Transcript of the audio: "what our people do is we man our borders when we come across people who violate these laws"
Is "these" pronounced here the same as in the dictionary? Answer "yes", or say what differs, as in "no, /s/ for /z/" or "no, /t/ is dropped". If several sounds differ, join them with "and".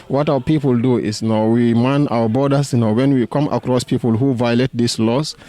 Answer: no, /s/ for /z/